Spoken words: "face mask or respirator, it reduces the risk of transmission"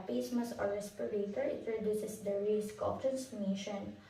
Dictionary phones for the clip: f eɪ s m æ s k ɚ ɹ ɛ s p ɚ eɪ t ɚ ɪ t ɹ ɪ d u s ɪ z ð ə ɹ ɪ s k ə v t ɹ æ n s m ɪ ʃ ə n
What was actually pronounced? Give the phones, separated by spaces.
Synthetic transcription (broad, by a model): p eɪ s m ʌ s ɚ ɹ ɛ s p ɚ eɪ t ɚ ɪ t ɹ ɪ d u s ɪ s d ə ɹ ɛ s k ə p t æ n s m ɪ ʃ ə n